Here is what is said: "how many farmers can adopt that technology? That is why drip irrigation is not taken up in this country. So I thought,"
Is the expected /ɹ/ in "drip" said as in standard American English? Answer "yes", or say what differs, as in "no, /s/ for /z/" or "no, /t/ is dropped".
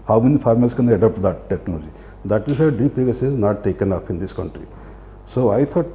no, /ɹ/ is dropped